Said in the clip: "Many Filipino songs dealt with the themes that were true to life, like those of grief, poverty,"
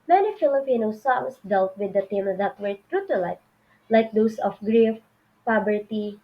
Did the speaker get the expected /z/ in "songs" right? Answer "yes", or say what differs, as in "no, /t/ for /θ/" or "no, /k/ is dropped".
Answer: no, /s/ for /z/